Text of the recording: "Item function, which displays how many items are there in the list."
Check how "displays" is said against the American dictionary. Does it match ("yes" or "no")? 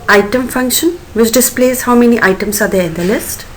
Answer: yes